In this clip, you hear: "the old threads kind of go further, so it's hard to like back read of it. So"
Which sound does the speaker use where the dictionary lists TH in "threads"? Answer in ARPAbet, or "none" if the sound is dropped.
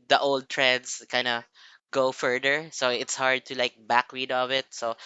T